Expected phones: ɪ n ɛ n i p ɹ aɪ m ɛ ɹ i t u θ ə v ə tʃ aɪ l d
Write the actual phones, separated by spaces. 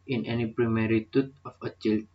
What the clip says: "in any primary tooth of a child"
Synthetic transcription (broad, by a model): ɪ n ɛ n i p ɹ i m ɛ ɹ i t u t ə f ə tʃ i l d